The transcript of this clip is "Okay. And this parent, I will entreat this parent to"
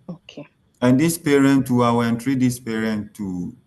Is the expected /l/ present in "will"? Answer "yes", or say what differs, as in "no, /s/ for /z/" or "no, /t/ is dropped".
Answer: no, /w/ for /l/